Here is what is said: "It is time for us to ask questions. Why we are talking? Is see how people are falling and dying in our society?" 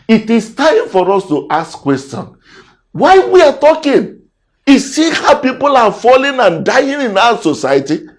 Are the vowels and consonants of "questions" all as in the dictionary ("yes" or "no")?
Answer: no